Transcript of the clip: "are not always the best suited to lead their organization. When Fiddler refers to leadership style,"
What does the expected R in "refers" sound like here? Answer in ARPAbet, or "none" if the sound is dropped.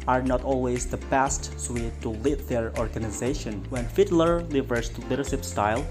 L